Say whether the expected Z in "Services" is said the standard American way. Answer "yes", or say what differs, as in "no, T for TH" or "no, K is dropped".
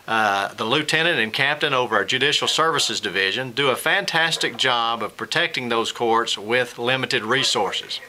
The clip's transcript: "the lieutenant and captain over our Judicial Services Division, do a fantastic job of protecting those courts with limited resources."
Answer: yes